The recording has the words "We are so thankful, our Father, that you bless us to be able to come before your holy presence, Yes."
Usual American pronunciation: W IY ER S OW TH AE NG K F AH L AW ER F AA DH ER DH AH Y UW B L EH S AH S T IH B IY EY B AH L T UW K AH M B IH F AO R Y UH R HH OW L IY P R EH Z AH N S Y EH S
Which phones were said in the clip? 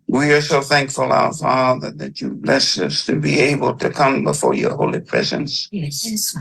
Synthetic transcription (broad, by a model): W IY ER S OW TH AE NG K F AH L AW ER F AA DH ER DH AH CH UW B L EH S AH S T IH B IY EY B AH L T UW K AH M B IH F AO R Y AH R HH OW L IY P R EH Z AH N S S